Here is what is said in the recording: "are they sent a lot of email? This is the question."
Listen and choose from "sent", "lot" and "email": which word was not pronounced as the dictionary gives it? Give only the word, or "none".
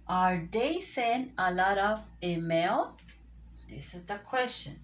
sent